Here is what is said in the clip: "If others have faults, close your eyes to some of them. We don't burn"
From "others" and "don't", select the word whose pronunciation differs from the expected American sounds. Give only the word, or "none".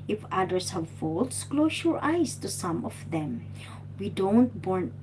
others